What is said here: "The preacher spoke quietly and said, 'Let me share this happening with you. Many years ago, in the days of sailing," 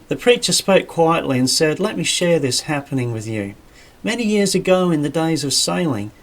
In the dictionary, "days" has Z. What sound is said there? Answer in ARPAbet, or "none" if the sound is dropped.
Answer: Z